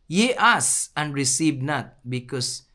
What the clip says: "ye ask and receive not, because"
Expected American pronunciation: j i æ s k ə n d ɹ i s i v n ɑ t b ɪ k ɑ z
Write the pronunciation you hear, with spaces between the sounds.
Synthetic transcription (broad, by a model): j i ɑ s ə n d ɹ i s i v n ɑ t b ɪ k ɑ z